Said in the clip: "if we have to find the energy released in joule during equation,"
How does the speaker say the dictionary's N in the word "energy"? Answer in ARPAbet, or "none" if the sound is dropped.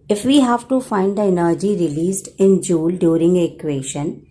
N